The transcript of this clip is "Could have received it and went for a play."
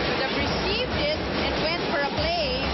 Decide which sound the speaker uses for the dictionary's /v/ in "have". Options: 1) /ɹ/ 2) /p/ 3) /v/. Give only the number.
2